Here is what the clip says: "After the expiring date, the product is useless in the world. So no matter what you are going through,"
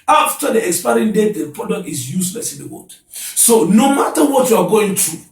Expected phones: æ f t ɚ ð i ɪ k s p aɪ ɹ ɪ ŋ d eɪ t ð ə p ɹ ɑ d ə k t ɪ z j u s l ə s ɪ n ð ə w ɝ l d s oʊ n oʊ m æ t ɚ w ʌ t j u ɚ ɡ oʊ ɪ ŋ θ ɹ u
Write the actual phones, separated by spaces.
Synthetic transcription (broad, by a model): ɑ f t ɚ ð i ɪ k s p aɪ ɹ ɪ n d eɪ t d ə p ɹ ɑ d ə k t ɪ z j u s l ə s ɪ n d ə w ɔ d s oʊ n oʊ m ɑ t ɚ w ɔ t j u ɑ ɡ oʊ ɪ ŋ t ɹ u